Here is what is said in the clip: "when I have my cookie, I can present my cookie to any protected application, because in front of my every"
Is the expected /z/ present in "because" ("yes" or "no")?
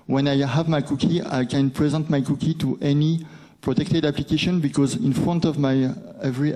yes